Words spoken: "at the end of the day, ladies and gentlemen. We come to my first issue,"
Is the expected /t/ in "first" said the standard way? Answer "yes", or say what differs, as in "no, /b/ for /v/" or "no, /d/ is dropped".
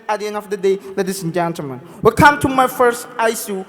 yes